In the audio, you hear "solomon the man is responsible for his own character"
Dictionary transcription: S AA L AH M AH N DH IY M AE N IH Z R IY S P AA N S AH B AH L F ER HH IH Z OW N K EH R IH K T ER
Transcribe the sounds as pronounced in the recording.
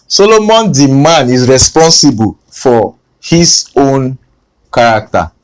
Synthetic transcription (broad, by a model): S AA L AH M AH N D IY M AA N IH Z R IY S P AA N S AH B AH L F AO HH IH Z OW N K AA R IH K T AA